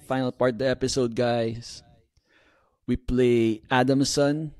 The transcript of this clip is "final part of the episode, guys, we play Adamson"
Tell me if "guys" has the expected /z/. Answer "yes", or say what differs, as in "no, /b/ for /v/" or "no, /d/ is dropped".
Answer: no, /s/ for /z/